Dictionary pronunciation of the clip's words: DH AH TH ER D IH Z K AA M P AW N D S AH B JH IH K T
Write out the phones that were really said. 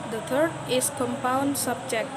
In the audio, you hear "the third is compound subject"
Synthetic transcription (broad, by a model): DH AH T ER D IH S K AA M P AW N D S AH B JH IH K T